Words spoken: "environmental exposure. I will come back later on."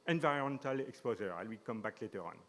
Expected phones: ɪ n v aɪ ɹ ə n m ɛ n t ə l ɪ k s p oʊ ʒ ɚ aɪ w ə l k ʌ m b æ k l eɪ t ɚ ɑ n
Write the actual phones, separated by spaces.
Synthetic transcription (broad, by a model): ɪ n v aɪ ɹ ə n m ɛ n t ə l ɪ k s p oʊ z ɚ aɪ w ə k ʌ m b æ k l eɪ t ɚ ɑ n